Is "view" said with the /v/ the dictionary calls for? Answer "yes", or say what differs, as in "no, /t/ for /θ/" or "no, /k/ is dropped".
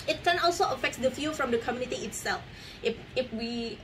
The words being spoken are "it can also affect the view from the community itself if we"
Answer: no, /f/ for /v/